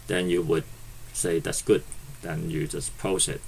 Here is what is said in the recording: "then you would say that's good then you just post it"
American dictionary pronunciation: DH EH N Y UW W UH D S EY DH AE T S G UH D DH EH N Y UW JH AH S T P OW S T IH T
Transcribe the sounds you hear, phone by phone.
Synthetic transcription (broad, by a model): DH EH N Y UW W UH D S EY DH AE T S G UH D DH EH N Y UW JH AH S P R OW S IH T